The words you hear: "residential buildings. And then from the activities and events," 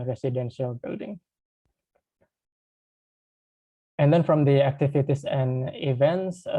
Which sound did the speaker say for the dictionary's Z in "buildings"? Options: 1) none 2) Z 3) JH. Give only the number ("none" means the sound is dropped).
1